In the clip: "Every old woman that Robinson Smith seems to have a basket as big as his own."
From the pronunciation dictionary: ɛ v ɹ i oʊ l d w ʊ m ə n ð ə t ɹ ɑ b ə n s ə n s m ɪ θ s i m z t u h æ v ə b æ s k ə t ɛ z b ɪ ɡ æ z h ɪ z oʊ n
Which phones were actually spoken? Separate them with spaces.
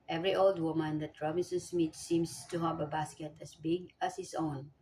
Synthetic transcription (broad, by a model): ɛ v ɹ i oʊ l d w ʊ m ə n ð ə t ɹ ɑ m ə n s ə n s m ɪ t s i m s t u h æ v ə b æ s k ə t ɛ s b ɪ ɡ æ s h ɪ s oʊ n